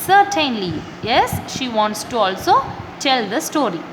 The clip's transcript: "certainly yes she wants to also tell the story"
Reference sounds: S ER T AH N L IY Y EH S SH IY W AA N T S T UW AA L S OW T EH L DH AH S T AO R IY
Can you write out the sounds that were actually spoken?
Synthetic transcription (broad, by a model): S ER T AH N L IY Y EH S SH IY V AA N T S T UW AA L S OW T EH L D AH S T AO R IY